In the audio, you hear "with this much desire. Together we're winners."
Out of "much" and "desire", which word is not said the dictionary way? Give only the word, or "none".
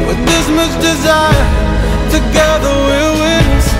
much